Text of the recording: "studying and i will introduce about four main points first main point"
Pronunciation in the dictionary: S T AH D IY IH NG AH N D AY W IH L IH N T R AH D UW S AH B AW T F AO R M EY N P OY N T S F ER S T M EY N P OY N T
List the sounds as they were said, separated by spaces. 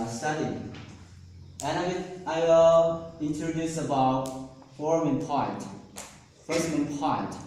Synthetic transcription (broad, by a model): S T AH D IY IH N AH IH AY W IH L IH N T R AH D UW S AH B AW T F AO R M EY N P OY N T F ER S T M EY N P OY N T